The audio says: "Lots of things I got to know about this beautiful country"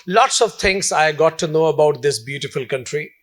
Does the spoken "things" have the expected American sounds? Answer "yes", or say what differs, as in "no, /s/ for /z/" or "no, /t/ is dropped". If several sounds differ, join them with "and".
no, /t/ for /θ/